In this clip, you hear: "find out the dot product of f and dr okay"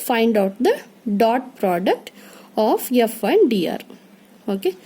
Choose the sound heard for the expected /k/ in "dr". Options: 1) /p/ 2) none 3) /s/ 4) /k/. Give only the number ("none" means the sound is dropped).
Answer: 2